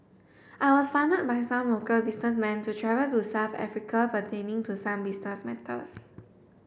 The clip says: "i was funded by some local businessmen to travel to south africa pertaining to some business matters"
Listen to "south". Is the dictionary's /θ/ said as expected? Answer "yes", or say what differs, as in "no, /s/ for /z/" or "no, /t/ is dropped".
no, /f/ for /θ/